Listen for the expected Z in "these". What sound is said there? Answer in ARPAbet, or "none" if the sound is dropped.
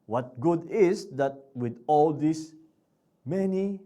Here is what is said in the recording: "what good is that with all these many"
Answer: S